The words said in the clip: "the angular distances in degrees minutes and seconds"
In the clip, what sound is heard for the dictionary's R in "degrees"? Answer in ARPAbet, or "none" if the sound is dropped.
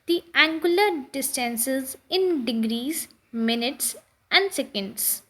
R